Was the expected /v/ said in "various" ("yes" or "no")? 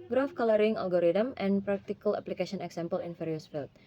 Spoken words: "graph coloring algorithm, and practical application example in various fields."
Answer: no